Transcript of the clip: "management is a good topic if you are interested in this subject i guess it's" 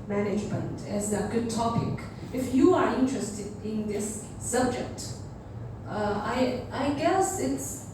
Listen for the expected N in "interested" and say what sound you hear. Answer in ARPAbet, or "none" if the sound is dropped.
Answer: N